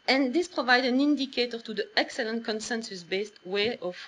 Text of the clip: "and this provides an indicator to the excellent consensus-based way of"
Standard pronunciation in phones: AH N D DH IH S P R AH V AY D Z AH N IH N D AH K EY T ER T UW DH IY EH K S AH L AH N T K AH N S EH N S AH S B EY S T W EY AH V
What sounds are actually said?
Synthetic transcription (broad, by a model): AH N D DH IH S P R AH V AY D AH N IH N D AH K EY T ER T UW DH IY EH K S AH L AH N T K AH N S EH N S AH S B EY S T W EY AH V